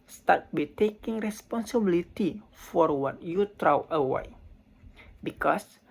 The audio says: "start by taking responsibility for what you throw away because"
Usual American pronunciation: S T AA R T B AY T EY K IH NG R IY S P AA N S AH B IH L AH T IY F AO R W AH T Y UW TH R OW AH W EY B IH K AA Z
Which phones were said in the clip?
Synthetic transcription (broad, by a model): S T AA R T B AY T EY K IH NG R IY S P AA N S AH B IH L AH T IY F AO R W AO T Y UW T R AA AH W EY B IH K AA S